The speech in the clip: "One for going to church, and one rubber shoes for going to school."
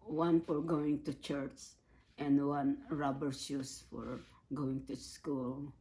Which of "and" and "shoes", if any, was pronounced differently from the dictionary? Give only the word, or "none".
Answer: shoes